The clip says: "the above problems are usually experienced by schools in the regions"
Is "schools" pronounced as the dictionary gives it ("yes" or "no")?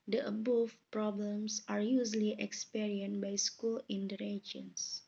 no